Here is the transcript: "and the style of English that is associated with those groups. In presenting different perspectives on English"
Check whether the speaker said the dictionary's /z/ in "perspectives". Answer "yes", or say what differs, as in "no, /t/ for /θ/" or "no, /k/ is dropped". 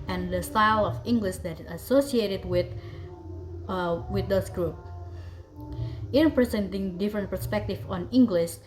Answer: no, /z/ is dropped